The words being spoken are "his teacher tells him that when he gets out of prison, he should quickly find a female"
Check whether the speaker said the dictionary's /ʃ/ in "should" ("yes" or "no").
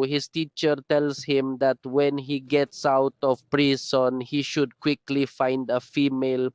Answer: yes